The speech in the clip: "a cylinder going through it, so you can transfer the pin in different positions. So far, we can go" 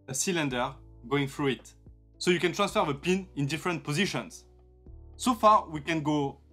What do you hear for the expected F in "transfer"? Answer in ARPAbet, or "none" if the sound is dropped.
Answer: F